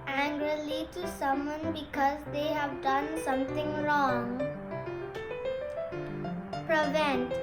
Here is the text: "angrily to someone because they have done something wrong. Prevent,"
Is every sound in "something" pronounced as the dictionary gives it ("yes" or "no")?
no